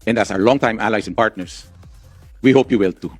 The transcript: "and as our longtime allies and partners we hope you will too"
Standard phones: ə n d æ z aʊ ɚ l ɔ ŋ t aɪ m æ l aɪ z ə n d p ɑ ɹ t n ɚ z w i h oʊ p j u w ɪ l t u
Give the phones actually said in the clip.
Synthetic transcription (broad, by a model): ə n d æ s aʊ ɚ l ɔ ŋ t aɪ m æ l aɪ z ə n p ɑ ɹ t n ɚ s w i h oʊ p j u w ɪ l t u